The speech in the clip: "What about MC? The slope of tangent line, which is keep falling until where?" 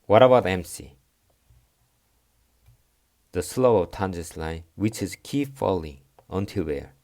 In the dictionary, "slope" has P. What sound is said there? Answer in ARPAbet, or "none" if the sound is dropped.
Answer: none